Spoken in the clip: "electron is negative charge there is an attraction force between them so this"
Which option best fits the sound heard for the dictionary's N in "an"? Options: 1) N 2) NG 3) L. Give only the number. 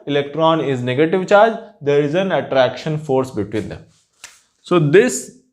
1